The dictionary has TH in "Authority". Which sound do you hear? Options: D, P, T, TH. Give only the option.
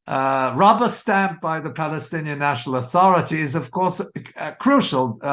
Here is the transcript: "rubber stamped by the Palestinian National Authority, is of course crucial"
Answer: TH